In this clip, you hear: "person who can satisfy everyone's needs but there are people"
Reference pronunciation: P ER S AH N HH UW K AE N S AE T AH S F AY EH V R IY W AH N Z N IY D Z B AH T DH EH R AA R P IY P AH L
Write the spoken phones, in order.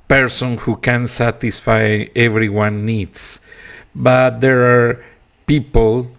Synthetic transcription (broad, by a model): P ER S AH N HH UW K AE N S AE T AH S F AY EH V R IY W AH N N IY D S B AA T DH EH R AA R P IY P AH L